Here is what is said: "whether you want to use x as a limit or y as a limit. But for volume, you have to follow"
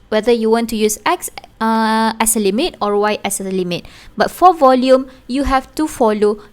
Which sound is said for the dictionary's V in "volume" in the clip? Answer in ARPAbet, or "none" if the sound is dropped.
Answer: V